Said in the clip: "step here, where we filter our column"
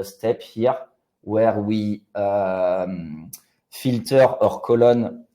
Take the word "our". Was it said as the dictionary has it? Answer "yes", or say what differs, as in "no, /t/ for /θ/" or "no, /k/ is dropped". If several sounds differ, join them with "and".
yes